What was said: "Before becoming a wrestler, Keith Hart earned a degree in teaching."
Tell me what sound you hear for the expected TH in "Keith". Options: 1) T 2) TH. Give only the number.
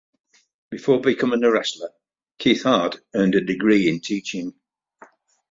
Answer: 2